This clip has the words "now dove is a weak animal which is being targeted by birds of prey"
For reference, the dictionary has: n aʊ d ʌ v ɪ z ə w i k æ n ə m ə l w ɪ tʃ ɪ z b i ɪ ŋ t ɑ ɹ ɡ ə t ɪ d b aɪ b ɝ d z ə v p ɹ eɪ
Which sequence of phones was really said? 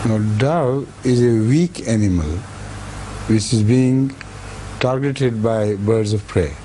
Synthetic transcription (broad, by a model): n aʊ d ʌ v ɪ z ə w i k æ n ə m ə l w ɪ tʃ ɪ z b i ɪ ŋ t ɑ ɹ ɡ ə t ɪ d b aɪ b ɝ d z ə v p ɹ eɪ